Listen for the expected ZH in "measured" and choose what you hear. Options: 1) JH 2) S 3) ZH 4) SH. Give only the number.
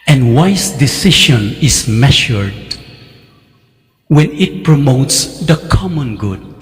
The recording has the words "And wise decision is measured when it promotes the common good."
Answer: 4